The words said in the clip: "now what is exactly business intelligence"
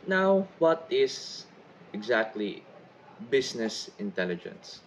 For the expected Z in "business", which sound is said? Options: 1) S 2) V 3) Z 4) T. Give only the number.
1